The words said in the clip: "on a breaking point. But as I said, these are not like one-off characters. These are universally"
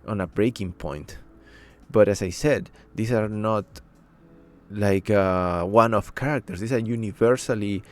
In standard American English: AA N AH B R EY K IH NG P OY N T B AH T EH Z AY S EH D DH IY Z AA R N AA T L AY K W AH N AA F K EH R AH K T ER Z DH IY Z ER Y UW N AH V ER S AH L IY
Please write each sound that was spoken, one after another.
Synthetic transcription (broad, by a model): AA N AH B R EY K IH NG P OY N T B AH T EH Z AY S EH D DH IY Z AA R N AA T L AY K W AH N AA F K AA R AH K T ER S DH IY S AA Y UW N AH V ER S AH L IY